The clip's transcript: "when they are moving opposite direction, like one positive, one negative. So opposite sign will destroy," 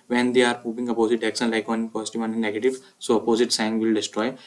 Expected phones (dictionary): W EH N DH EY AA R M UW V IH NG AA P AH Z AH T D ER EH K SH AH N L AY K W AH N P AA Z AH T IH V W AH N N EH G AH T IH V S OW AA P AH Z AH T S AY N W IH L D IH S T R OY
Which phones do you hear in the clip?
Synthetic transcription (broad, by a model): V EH N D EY AA R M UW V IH NG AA P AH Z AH T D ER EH K S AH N L AY K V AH N P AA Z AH T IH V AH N N EH G AH T IH V S OW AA P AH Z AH T S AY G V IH L D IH S T R OY